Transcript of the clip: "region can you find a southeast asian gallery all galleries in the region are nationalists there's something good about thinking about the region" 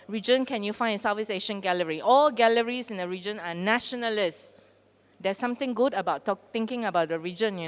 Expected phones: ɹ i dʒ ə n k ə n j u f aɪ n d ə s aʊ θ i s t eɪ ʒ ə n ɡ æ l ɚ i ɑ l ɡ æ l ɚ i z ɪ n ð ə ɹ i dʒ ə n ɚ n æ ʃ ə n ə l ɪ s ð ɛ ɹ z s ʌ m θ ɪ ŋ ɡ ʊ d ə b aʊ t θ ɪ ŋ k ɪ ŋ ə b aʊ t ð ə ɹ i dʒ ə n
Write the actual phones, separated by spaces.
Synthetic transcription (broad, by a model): ɹ i dʒ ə n k ə n j u f aɪ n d ə s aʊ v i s eɪ ʃ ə n ɡ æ l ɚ i ɑ l ɡ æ l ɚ i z ɪ n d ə ɹ i dʒ ə n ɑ n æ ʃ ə n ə l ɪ s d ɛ s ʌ m t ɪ ŋ ɡ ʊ d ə b aʊ t t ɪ ŋ k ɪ ŋ ə b aʊ t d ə ɹ i dʒ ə n